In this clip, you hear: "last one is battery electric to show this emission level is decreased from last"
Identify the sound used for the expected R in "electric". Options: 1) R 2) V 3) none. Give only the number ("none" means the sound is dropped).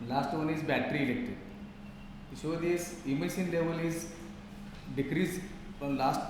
3